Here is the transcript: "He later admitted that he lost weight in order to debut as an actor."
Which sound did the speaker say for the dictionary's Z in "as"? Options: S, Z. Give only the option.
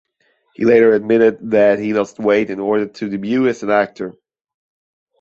S